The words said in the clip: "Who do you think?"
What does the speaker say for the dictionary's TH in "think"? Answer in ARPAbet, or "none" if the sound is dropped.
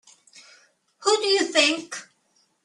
TH